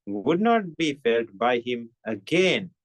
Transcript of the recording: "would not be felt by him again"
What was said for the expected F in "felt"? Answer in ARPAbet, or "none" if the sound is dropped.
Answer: F